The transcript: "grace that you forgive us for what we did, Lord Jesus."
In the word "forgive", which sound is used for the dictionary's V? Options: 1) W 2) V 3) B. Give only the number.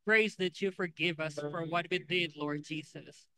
2